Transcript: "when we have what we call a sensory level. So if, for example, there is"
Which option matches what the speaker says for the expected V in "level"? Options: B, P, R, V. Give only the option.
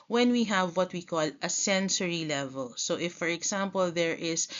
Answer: V